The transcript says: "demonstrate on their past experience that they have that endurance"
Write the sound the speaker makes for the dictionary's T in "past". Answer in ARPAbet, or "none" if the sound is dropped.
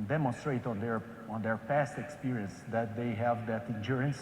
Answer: T